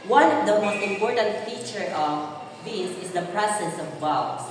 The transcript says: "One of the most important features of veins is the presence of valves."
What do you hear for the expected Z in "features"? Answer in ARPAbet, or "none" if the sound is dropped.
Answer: none